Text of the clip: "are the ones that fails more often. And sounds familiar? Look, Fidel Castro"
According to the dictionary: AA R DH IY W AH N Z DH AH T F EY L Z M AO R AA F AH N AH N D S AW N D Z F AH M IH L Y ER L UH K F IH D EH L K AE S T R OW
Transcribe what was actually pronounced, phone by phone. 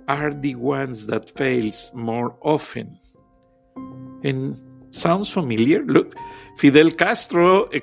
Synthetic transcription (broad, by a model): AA R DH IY W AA N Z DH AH T F EY L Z M AO R AA F AH N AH N S AW N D S F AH M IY L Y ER L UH K F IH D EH L K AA S T R OW